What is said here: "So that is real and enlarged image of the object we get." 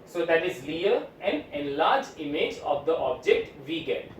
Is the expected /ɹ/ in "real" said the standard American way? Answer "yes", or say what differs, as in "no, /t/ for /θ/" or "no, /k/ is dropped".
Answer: no, /l/ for /ɹ/